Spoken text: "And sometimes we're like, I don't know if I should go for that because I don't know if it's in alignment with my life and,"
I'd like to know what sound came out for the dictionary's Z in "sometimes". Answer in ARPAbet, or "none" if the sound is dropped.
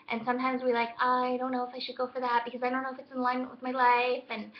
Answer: Z